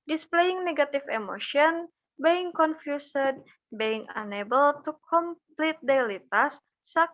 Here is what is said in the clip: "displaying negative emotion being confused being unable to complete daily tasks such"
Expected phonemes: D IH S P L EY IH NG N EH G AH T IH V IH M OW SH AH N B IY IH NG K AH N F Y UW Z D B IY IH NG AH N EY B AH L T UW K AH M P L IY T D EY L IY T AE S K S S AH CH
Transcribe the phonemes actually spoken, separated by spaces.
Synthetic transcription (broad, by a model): D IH S P L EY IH NG N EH G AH T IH F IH M OW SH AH N B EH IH NG K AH N F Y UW S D B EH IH NG AH N EY B AH L T UW K AH M P L IY T D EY L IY T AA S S S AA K